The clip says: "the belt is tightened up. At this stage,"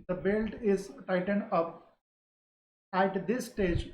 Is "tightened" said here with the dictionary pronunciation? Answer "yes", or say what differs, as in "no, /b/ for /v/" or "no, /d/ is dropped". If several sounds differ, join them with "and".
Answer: yes